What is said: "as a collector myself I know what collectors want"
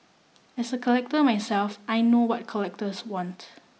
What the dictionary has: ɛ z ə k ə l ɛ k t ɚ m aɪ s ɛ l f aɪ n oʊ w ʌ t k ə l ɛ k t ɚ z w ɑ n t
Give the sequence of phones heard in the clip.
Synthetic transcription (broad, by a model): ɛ s ə k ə l ɛ k t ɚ m aɪ s ɛ l f aɪ n oʊ w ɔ t k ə l ɛ k t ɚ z w ɑ n t